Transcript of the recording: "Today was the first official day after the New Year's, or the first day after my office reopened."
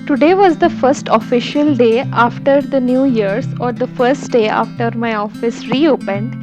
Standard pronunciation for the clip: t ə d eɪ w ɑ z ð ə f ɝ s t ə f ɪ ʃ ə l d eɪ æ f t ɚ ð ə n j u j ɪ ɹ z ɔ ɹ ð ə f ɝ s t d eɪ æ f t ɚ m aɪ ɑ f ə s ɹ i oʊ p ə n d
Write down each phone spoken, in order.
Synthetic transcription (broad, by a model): t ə d eɪ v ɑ z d ə f ɝ s t ə f ɪ ʃ ə l d eɪ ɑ f t ɚ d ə n j u j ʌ ɹ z ɔ ɹ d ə f ɝ s t d eɪ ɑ f t ɚ m aɪ ɑ f ə s ɹ i oʊ p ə n d